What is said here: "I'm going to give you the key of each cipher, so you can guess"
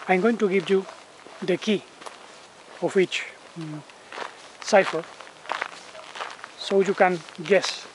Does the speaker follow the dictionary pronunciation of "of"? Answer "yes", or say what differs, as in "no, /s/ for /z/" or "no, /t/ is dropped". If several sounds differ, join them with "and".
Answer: no, /w/ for /v/